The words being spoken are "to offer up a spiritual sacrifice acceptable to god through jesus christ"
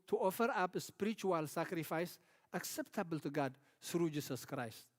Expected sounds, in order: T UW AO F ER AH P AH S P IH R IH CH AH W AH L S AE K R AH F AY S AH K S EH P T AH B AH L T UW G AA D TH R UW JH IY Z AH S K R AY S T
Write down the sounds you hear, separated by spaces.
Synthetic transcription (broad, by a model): T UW AO F ER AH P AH S P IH R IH CH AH W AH L S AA K R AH F AY S AH K S EH P T AH B AH L T UW G AA D S R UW JH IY S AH S K R AY S T